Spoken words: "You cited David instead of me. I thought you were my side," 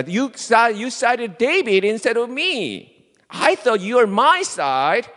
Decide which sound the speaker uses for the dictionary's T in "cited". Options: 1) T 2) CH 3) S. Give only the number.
3